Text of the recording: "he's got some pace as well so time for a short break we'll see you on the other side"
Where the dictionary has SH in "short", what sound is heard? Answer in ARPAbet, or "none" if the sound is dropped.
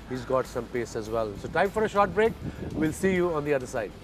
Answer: SH